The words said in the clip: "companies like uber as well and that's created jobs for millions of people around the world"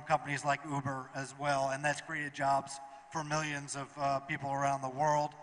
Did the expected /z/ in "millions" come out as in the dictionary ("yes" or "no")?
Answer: yes